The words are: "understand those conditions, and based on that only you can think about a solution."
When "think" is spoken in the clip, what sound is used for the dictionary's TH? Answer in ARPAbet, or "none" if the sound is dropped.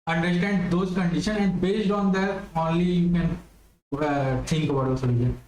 T